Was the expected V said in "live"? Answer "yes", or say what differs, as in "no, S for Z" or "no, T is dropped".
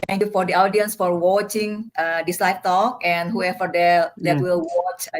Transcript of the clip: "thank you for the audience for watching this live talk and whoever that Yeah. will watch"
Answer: no, F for V